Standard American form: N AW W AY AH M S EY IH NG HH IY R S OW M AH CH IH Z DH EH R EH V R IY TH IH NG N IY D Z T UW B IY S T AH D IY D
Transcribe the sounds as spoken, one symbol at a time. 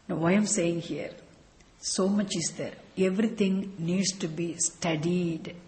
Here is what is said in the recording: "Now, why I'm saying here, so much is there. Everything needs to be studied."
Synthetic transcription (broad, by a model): N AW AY AH M S EY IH NG HH IY R S OW M AH CH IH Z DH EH R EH V R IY T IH NG N IY D S T UW B IY S T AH D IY D